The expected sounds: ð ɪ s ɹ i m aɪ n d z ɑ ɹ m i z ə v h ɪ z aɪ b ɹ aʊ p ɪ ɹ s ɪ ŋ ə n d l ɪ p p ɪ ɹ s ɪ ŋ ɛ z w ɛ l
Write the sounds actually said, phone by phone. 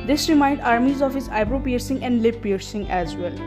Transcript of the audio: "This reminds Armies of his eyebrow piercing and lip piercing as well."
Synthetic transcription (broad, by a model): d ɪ s ɹ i m aɪ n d ɑ ɹ m i z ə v h ɪ z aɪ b ɹ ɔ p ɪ ɹ s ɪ ŋ ə n d l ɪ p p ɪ ɹ s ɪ ŋ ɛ z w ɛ l